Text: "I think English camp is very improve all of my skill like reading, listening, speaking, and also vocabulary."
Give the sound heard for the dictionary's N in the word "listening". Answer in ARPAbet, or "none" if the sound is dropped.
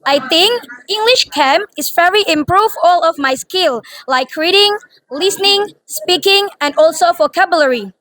N